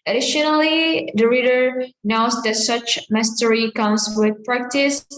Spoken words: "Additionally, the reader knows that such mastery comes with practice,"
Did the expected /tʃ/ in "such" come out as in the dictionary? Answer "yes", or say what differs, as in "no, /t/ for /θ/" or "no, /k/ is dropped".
yes